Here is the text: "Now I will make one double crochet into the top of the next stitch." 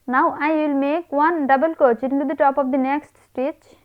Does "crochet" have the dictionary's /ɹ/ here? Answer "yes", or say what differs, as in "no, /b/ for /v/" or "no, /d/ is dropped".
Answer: no, /ɹ/ is dropped